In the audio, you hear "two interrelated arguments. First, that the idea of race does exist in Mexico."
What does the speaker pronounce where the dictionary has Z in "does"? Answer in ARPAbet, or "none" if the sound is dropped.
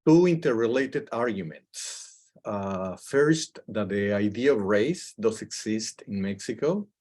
S